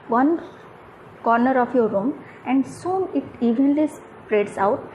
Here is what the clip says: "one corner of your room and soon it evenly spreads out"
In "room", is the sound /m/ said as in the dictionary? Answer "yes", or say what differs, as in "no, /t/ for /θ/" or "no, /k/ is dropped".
yes